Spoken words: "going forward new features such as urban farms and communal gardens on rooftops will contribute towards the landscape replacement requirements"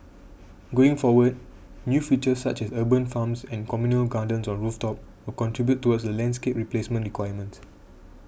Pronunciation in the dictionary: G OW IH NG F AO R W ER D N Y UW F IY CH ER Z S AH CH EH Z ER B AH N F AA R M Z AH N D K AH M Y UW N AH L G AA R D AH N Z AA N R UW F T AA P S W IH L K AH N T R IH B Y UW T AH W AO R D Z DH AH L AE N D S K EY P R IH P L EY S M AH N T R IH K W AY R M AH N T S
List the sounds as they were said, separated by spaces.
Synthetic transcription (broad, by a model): G OW IH NG F AO W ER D N Y UW F IY CH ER S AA CH EH S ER B AH N F AA M S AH N K AH M Y UW N AH L G AA D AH N S AA N R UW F T AA P W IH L K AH N T R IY B Y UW T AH W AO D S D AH L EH N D S K EY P R IH P L EY S M AH N T R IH K W AY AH M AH N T S